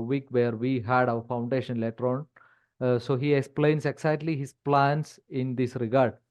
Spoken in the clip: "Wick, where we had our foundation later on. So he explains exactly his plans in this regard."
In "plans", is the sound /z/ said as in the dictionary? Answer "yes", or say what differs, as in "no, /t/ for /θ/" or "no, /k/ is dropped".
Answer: no, /s/ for /z/